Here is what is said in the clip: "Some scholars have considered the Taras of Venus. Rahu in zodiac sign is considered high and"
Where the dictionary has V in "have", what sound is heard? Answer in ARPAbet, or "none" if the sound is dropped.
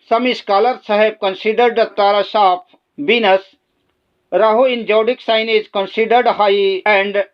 B